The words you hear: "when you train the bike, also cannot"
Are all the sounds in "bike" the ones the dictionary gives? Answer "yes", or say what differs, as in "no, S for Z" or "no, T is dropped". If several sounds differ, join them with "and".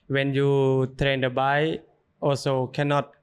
no, K is dropped